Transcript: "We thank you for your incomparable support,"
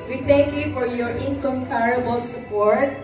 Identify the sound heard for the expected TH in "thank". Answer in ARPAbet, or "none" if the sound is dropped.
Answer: T